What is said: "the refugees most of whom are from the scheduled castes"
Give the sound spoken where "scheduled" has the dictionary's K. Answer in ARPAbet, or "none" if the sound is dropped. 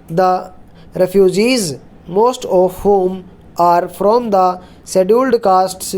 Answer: none